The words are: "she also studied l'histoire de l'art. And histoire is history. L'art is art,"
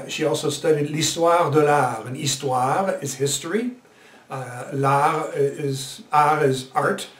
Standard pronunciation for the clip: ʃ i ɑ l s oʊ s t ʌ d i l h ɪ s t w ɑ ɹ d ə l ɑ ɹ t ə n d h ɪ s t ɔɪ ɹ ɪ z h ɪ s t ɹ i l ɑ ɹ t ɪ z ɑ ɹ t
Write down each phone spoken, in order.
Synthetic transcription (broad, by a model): ʃ i ɑ l s oʊ s t ʌ d i l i s t w ɑ ɹ d ə l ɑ ɹ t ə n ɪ s t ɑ ɹ ɪ z h ɪ s t ɹ i l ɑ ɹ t ɪ z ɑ ɹ t